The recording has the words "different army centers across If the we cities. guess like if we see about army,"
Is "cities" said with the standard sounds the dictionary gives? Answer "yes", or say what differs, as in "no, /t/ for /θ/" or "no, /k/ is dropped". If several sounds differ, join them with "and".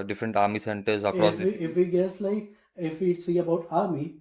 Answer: no, /z/ is dropped